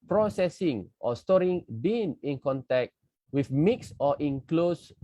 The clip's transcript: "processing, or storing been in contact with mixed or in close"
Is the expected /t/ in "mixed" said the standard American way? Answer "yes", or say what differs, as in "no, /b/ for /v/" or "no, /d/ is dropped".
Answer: no, /t/ is dropped